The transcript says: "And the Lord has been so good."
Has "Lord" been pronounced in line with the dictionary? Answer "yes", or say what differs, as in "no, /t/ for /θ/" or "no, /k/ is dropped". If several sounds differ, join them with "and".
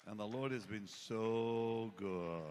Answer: yes